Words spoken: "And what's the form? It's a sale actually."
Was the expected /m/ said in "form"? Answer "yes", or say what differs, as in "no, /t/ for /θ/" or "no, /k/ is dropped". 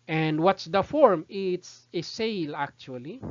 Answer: yes